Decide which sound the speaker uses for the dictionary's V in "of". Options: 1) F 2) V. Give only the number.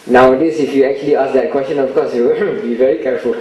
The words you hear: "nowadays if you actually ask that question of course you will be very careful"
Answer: 1